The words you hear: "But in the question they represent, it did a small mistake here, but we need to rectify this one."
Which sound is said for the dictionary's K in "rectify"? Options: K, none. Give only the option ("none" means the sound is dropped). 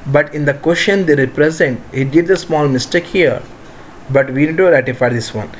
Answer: none